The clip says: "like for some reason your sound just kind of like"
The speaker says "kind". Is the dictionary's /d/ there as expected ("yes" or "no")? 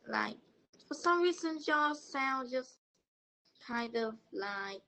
yes